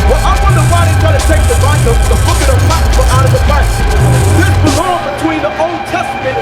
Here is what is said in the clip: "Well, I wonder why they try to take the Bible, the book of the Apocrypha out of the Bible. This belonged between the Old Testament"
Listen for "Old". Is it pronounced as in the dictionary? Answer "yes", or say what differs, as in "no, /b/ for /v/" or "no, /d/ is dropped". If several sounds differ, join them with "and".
yes